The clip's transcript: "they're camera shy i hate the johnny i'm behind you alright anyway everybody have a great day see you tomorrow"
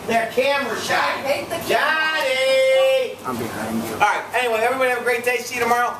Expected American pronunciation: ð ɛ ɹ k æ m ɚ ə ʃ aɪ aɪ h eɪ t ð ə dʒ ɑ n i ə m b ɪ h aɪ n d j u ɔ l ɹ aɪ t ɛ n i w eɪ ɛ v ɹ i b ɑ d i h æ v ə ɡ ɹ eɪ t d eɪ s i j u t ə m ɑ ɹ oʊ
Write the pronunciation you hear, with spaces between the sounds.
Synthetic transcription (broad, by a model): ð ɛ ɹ k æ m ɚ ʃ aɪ aɪ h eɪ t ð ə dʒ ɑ i ə m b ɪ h aɪ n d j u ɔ ɹ aɪ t ɛ n i w eɪ ɛ v ɹ i b ɑ d i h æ v ə ɡ ɹ eɪ t d eɪ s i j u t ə m ɑ ɹ oʊ